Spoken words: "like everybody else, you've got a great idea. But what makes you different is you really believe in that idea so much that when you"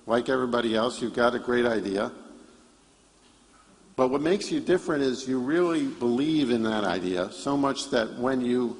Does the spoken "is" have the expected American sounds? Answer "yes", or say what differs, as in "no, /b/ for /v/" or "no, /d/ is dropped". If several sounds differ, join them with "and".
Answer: yes